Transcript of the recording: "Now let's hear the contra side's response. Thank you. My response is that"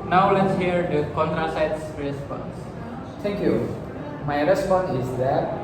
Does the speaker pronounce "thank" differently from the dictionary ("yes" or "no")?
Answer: yes